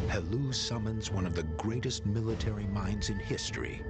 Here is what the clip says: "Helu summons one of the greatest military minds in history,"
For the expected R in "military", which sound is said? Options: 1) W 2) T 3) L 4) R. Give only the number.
4